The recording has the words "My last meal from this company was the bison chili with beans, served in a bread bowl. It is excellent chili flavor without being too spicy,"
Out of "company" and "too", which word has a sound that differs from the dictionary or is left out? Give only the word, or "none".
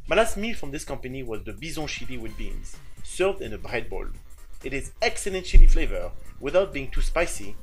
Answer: none